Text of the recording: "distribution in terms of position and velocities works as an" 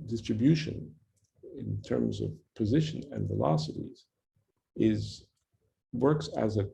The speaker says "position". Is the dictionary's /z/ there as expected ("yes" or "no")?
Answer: yes